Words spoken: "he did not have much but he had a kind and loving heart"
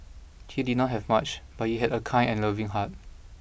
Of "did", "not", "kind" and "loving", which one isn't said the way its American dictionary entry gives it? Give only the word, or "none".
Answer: kind